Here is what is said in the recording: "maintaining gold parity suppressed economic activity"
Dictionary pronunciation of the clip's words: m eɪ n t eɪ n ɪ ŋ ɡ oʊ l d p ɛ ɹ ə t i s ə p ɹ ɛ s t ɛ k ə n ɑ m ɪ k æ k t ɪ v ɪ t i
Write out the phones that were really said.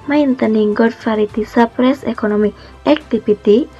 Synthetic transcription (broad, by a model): m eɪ n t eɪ n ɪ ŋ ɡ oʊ d f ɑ ɹ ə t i s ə p ɹ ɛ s ɛ k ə n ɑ m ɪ æ k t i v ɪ t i